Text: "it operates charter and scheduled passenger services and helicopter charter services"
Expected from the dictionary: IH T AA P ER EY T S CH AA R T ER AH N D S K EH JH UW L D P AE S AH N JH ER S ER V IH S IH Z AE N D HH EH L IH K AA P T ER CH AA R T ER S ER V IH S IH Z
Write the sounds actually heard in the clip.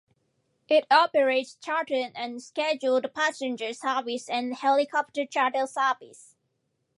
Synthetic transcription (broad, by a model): IH T AA P ER EY T S CH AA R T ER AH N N S K EH JH UW L D P AE S AH N JH ER S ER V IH S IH N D HH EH L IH K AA P T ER CH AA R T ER S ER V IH S